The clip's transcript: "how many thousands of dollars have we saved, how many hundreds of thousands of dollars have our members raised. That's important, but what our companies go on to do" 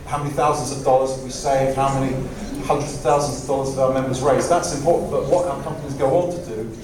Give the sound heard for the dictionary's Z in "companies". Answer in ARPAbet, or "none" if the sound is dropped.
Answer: Z